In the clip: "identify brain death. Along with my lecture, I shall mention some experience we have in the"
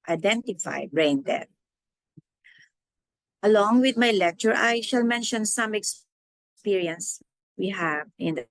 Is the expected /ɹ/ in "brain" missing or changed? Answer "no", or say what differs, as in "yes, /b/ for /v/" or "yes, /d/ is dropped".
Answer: no